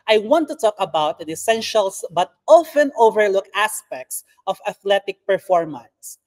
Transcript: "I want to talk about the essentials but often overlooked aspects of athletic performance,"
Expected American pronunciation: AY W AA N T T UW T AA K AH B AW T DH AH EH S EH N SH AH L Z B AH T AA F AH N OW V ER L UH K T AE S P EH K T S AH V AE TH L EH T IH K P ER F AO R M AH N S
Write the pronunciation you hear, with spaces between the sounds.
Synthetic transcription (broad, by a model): AY W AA N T T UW T AA K AH B AW T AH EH S EH N SH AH L S B AH T AA F AH N OW V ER L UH K AE S P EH K T S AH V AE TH L EH T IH K P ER F AO R M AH N S